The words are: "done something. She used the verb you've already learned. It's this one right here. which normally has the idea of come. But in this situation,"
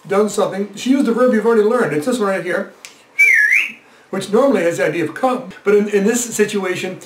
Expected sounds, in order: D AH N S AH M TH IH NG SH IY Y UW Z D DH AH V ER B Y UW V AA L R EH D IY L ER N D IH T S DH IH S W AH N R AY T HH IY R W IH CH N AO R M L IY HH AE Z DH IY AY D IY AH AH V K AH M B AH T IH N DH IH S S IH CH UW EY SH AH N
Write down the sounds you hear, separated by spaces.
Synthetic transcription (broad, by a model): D AH N S AH M TH IH NG SH IY Y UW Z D DH AH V ER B Y UW V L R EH D IY L ER N D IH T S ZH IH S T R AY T HH IY R W IH CH N AO R M L IY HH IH Z DH IY AY D IY AH AH V K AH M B AH T IH N DH IH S S IH CH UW EY SH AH N